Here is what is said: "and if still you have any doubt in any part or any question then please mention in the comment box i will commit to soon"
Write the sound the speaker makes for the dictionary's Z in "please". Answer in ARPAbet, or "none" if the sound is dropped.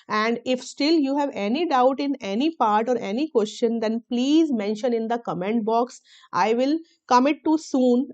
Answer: Z